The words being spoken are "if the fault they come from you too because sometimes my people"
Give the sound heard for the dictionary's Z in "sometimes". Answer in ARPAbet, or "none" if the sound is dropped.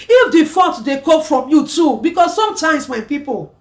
S